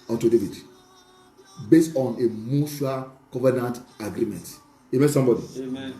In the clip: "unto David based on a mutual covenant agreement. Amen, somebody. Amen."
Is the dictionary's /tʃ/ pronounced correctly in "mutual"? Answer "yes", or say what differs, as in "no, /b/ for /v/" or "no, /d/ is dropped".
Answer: no, /ʃ/ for /tʃ/